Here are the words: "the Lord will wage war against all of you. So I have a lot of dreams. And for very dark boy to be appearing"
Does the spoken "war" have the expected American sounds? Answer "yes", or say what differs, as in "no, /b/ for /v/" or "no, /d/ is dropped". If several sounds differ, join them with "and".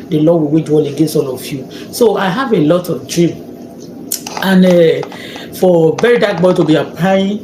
no, /l/ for /ɹ/